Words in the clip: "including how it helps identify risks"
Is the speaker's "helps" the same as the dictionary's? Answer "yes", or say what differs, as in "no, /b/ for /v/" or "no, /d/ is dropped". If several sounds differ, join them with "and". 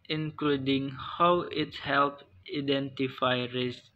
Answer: no, /s/ is dropped